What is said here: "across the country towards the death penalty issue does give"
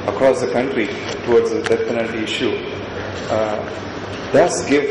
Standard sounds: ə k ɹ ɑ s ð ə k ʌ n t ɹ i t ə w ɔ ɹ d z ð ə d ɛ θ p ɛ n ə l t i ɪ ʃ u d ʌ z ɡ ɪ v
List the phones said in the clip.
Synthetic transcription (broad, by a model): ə k ɹ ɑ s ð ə k ʌ n t ɹ i t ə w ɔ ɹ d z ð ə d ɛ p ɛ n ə n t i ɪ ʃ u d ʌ s ɡ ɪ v